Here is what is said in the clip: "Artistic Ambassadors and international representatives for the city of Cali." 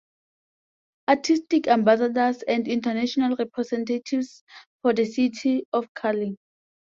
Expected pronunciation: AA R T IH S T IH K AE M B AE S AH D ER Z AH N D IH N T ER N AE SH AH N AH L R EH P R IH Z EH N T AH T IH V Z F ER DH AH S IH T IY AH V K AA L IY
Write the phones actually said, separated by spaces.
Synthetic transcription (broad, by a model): AA T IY S T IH K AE M B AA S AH D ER S AH N D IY N T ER N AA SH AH N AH L R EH P R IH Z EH N T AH T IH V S F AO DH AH S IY T IY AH F K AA L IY